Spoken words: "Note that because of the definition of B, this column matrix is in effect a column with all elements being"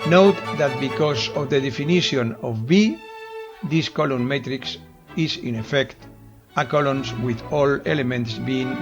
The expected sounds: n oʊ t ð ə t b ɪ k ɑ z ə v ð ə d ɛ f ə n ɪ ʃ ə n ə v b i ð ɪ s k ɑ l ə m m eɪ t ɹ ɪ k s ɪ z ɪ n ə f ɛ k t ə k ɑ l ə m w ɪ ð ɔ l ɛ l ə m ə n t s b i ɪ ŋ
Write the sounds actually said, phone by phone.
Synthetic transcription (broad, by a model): n oʊ t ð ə t b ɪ k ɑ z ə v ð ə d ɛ f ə n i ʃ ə n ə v b i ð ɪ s k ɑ l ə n m eɪ t ɹ ɪ k s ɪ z ɪ n ə f ɛ k t ə k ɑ l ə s w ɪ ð ɔ l ɛ l ə m ə n t s b i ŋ